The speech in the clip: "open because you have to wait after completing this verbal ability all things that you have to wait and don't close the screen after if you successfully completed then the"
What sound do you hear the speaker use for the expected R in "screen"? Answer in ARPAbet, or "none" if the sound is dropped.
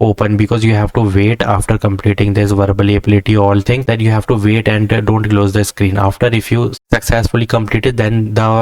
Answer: R